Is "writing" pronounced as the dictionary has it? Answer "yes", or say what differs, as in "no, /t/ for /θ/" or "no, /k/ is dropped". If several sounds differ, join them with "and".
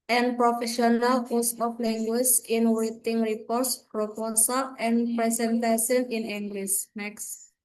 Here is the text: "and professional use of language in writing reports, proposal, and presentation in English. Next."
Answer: no, /w/ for /ɹ/